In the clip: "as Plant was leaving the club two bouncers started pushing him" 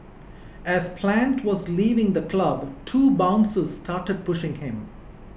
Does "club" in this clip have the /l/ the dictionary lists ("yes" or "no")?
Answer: yes